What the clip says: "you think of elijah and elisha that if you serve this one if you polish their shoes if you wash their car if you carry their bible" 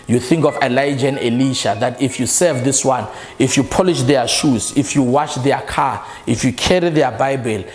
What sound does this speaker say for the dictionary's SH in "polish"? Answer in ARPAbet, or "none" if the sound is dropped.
SH